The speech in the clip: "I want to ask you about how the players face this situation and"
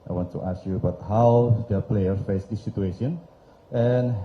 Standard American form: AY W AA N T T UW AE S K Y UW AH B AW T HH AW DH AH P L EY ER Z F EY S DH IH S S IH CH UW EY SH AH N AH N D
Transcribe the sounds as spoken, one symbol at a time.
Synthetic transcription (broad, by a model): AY W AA N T T UW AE S K Y UW AH B AW T HH AW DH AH P L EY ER F EY S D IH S S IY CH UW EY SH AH N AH N